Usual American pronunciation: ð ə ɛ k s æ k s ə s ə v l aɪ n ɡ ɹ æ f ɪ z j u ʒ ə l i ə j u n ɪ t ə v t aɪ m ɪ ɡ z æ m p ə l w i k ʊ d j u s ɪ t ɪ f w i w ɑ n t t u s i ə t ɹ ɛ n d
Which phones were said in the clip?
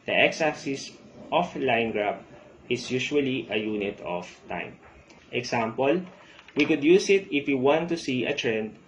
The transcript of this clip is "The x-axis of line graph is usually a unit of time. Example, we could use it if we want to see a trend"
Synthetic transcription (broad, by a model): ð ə ɛ k s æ s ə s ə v l aɪ n ɡ ɹ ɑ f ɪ s j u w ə l i ə j u n ɪ t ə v t aɪ m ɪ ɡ s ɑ m p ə l w i k ʊ d j u s ɪ t ɪ f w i w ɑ n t t u s i ə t ɹ ɛ n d